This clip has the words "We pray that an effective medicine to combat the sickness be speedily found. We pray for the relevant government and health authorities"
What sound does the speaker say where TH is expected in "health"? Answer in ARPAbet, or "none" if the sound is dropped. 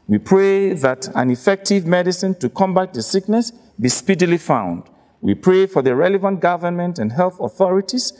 TH